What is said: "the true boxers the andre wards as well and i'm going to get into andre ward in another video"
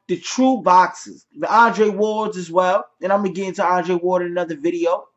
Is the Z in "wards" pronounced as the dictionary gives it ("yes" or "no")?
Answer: yes